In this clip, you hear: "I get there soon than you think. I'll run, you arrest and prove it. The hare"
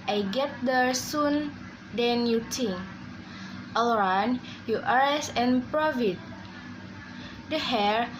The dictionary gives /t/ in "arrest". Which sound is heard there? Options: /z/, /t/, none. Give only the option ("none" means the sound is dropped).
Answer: none